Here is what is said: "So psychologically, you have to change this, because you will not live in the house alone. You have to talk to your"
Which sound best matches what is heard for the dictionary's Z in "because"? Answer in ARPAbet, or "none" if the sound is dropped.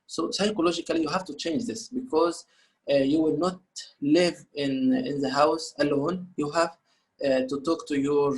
Z